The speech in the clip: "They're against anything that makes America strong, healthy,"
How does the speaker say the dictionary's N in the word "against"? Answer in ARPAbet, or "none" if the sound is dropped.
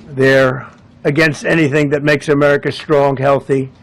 N